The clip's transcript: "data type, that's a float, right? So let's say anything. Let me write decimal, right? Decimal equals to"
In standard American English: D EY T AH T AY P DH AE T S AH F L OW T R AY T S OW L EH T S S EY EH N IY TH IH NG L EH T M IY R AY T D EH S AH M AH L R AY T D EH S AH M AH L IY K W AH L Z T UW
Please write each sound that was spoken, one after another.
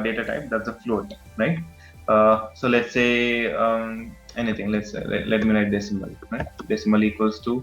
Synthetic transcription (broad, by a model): D EY T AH T AY P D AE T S AH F L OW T R AY T S OW L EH T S S EY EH N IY T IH NG L EH T M IY R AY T D EH S AH M AH L R AY T D EH S AH M AH L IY K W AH L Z T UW